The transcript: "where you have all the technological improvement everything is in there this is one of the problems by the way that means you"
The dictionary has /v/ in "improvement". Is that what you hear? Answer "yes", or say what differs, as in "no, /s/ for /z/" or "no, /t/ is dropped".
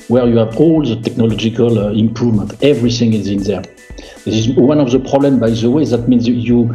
yes